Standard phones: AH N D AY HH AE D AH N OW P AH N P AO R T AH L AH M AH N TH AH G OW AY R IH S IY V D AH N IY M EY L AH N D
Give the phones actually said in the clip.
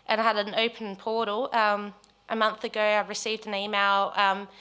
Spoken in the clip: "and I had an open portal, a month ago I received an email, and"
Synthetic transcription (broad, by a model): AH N AY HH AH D AH N OW P AH N P AO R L AH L AH M AH N TH AH G OW AY R IH S IY V D AH N IY M EY L AH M